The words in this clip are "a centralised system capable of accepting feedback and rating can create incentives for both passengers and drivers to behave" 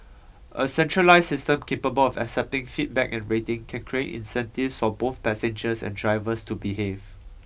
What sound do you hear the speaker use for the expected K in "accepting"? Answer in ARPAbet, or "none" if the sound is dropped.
K